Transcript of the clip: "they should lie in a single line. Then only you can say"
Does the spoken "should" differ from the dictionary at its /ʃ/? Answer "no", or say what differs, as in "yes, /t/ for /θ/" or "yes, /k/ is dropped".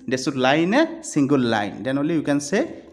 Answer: yes, /s/ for /ʃ/